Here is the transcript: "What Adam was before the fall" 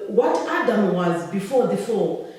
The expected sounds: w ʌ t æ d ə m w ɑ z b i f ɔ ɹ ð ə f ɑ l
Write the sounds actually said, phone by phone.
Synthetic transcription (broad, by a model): w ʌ t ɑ d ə m w ɑ z b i f ɔ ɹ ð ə f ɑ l